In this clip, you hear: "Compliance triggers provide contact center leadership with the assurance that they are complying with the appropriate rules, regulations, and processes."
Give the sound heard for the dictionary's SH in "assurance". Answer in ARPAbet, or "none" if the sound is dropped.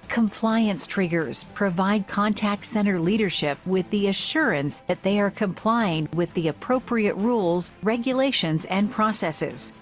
SH